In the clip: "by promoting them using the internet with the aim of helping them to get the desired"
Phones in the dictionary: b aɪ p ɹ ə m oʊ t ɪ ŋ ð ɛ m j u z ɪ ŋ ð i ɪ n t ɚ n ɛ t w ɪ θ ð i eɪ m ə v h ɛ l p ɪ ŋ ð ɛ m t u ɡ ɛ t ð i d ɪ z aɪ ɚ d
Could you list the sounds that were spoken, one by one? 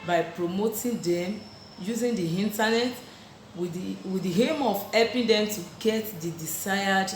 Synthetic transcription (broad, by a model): b aɪ p ɹ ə m oʊ t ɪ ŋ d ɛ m j u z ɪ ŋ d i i n t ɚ n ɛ t w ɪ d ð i eɪ m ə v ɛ p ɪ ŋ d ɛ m t u ɡ ɛ t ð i d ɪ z aɪ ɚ d